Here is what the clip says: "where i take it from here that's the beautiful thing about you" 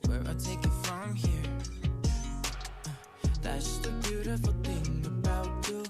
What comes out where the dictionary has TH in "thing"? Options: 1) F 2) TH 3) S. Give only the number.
2